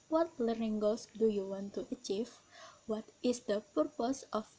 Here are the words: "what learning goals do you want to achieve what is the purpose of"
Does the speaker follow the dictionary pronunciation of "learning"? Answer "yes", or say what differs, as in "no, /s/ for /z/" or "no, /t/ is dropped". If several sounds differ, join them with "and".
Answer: no, /n/ is dropped